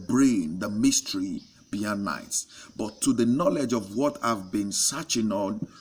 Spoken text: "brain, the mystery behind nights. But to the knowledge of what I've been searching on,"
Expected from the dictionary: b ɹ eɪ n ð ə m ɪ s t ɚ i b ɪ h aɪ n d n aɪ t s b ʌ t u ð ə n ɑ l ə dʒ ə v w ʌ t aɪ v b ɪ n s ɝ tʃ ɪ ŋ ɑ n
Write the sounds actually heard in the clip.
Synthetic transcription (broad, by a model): b ɹ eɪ n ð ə m ɪ s t ɚ i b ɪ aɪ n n aɪ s b ʌ t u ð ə n ɑ l ə dʒ ə v w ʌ t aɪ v b ɪ n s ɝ tʃ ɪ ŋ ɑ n